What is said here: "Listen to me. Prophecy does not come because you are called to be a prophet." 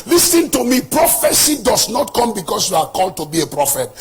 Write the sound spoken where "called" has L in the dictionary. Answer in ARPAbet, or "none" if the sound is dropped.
L